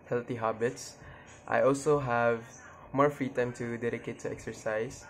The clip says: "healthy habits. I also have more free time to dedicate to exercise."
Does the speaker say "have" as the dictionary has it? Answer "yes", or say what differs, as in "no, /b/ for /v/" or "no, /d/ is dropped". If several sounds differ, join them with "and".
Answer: yes